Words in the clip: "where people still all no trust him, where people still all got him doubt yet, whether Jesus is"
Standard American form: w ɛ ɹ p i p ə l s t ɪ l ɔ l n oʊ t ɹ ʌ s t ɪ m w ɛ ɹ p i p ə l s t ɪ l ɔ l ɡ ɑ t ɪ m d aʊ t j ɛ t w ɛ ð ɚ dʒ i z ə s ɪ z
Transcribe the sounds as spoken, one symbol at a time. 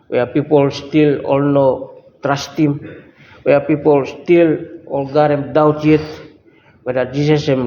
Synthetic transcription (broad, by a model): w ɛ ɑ p i p ə l s t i l ɔ l n oʊ t ɹ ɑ s t ɪ m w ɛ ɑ p i p ə l s t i l ɔ l ɡ ɑ t ɪ m d aʊ t j ɛ t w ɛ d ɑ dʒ i s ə s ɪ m